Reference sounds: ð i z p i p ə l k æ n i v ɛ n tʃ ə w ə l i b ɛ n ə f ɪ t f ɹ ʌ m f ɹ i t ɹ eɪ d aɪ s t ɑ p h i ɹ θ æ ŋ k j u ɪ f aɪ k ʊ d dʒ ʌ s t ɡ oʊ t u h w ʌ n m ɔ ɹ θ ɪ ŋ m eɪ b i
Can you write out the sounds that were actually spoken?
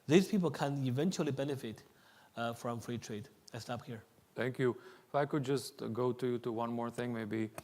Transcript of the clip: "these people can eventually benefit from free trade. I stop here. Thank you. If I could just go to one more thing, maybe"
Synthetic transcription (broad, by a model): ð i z p i p ə l k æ n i v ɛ n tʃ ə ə l i b ɛ n ə f ɪ t f ɹ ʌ m f ɹ i t ɹ eɪ d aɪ s t ɑ p h i ɹ t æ ŋ k j u ɪ f aɪ k ʊ d dʒ ʌ s t ɡ oʊ t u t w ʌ n m ɔ ɹ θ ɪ ŋ m eɪ b i